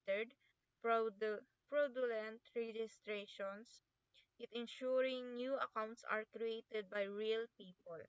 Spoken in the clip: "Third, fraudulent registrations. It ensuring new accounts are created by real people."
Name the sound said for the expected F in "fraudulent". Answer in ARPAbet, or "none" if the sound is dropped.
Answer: P